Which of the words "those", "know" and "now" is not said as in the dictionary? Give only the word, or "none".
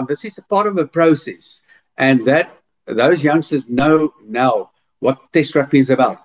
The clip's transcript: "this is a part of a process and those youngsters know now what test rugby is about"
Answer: none